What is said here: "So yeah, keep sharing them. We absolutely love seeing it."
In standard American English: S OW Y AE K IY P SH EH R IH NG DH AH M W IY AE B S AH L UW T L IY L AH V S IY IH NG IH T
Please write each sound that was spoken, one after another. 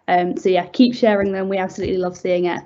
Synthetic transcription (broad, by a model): S OW Y AE K IY P SH EH R IH NG DH AH M W IY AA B S AH L UW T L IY L AH V S IY IH NG IH T